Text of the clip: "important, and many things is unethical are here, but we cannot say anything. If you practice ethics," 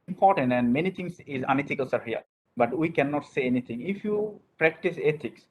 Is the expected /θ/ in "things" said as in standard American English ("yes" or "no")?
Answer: no